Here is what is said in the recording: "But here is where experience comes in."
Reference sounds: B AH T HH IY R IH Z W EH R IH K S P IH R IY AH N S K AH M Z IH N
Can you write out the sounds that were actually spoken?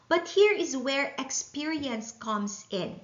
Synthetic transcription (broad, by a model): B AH T HH IY R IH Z W EH R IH K S P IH R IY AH N S K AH M S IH N